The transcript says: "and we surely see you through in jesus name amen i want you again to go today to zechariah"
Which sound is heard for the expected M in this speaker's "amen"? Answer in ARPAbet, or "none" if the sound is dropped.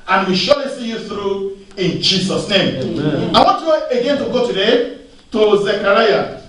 none